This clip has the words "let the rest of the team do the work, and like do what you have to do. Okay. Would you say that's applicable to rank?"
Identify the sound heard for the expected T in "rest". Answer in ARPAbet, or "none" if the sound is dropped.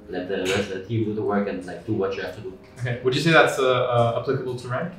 none